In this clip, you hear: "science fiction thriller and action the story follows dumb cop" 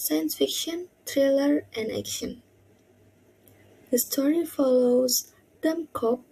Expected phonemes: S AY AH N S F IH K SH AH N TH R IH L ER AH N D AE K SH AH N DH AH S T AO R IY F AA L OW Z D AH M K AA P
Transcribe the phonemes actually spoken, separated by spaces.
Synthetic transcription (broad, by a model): S AY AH N S F IH K SH AH N T R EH L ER AH N D AE K SH AH N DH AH S T AO R IY F AA L OW Z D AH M K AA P